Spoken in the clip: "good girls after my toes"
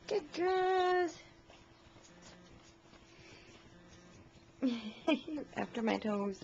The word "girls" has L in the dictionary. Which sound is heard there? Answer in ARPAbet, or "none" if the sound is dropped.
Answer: none